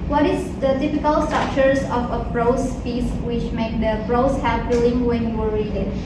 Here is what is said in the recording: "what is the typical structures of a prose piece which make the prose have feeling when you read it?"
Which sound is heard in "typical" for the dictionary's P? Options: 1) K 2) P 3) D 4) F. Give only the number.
4